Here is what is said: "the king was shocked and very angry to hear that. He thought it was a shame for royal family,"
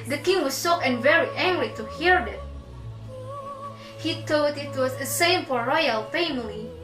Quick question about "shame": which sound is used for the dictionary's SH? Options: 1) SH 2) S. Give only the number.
2